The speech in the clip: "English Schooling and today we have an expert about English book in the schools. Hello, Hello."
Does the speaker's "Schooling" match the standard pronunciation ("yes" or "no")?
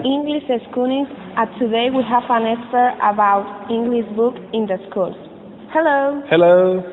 no